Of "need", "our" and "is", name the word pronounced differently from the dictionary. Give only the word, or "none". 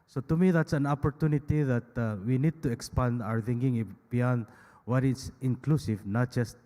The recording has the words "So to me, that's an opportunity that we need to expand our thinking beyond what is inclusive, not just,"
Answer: is